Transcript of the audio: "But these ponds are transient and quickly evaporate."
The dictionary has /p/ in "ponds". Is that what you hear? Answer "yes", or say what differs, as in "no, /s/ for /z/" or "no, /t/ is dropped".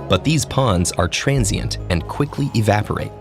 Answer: yes